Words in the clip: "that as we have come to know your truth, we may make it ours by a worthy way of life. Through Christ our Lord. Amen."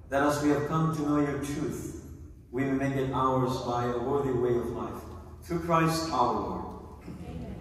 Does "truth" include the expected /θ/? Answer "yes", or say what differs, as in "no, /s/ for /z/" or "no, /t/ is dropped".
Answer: yes